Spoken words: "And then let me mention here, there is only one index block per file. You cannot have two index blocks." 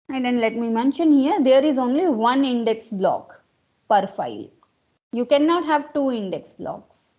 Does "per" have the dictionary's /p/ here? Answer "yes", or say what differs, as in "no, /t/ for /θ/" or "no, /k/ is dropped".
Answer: yes